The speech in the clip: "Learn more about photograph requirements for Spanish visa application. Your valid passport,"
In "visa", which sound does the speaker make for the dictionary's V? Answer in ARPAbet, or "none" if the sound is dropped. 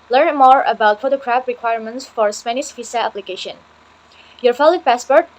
F